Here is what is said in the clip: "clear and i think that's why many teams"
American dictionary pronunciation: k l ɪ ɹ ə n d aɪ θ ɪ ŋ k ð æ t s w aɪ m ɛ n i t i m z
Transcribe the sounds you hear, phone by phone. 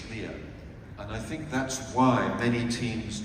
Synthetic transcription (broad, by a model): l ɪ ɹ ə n aɪ θ ɪ ŋ k ð æ t s w aɪ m ɛ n i t i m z